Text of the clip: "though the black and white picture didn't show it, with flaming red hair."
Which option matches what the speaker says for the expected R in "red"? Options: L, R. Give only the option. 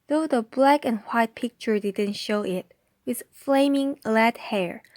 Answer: L